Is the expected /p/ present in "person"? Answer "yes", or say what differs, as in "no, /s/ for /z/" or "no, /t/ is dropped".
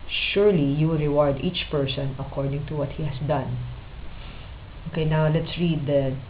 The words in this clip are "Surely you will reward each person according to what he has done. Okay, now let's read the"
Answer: yes